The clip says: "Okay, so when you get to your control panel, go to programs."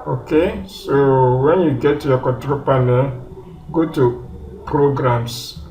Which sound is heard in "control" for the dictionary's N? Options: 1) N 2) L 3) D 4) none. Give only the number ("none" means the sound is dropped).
4